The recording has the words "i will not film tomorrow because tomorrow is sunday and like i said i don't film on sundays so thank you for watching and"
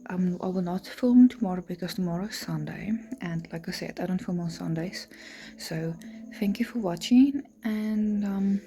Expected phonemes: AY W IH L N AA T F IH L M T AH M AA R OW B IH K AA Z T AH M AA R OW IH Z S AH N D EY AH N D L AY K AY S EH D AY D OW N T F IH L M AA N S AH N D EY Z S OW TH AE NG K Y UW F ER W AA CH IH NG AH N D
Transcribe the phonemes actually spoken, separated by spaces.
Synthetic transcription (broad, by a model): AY W IH L N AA T F IH L M T AH M AA R OW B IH K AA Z T AH M AA R OW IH S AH N D EY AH N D L AY K AY S EH D AY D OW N T F IH L M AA N S AH N D EY Z S OW TH AE NG K Y UW F ER W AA CH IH NG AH N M